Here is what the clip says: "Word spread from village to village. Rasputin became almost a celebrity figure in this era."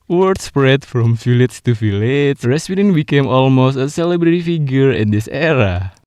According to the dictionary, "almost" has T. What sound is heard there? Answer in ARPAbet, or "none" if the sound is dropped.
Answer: T